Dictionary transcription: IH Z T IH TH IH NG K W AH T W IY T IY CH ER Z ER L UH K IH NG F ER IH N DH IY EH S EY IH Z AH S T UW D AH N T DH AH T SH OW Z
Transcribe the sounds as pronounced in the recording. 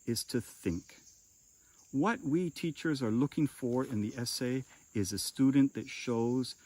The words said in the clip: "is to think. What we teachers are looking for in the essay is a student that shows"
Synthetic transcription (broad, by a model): IH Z T IH TH IH NG K W AH T W IY T IY CH ER Z ER L UH K IH NG F ER IH N DH IY EH S EY IH Z AH S T UW D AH N DH AH T SH OW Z